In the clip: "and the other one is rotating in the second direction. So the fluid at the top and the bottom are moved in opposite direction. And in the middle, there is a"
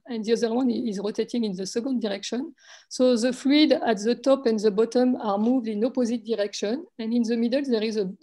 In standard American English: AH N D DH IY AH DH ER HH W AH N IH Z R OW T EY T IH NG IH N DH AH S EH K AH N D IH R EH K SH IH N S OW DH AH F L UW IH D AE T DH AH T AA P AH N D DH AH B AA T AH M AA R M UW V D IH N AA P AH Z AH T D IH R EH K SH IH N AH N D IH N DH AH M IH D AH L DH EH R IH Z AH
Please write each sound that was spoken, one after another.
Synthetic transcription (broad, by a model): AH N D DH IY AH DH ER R W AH N IH Z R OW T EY T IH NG IH N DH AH S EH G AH N D IH R EH K SH IH N S OW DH AH F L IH D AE T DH AH T AA P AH N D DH AH B AA T AH M AA R M UW V D IH N AA P AH Z AH T D IH R EH K SH IH N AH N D IH N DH AH M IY D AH L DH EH R IH Z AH